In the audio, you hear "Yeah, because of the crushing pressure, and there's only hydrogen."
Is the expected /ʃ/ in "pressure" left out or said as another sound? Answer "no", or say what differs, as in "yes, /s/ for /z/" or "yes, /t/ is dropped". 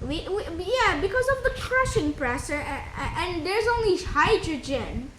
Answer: yes, /s/ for /ʃ/